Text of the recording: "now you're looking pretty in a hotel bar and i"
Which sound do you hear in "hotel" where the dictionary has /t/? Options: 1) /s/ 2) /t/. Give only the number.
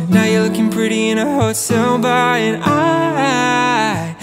1